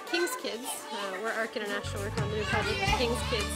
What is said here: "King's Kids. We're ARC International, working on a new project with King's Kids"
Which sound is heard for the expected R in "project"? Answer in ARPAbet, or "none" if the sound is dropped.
none